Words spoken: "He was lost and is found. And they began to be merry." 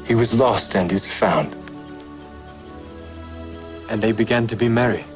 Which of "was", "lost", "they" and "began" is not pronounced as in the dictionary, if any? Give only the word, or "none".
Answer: none